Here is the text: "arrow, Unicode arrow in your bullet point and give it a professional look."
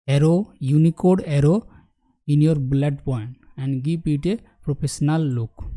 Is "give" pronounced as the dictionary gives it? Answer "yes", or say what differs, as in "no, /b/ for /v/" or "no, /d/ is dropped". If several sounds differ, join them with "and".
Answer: no, /p/ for /v/